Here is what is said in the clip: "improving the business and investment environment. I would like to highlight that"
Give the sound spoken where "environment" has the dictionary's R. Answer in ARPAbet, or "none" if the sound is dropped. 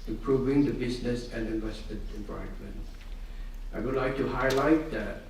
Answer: none